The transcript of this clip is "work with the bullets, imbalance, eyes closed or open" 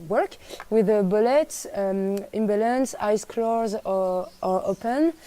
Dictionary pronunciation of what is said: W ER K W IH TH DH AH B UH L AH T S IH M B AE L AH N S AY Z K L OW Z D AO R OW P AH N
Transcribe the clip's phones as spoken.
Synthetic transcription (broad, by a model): W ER K W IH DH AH B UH L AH T S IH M B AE L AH N S AY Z K L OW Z AO R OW P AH N